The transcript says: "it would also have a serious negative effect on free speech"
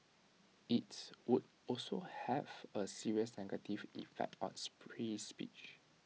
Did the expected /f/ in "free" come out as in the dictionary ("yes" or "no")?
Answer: no